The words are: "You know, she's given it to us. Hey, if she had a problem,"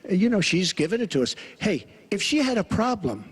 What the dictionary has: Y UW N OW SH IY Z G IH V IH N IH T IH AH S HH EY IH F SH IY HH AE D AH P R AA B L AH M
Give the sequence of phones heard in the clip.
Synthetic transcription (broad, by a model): Y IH N OW SH IY Z G IH V IH N IH T IH AH S HH EY IH F SH IY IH D AH P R AA B L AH M